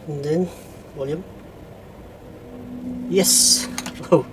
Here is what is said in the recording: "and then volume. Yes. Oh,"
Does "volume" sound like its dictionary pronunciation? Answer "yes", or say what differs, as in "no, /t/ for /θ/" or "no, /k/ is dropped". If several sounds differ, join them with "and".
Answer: no, /w/ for /v/